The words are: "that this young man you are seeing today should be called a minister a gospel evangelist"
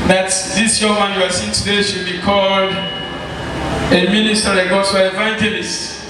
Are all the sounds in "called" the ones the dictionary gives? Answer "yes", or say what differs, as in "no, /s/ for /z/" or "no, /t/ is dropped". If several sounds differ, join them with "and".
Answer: yes